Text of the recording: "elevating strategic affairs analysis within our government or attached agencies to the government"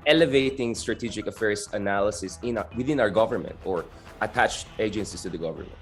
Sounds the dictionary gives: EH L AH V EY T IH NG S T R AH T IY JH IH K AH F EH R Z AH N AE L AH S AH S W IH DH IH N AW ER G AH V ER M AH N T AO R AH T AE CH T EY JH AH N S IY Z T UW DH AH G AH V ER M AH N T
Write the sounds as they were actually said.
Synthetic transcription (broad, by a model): EH L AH V EY T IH NG S T R AH T IY JH IH K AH F EH R S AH N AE L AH S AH S W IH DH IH N AW ER G AH V ER M AH N T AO R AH T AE CH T EY JH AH N S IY S T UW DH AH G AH V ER M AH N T